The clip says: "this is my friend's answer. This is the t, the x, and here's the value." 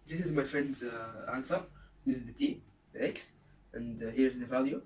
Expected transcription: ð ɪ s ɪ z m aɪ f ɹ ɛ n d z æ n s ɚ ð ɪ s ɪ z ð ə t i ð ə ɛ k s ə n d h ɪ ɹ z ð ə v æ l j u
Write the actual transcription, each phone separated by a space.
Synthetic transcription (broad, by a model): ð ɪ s ɪ z m aɪ f ɹ ɛ n d z æ n s ɚ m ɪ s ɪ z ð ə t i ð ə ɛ k s ə n d h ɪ ɹ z ð ə v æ l j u